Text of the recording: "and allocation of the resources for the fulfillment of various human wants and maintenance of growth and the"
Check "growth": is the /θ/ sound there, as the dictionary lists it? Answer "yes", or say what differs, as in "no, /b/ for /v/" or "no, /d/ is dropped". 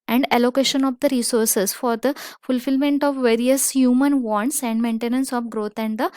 no, /t/ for /θ/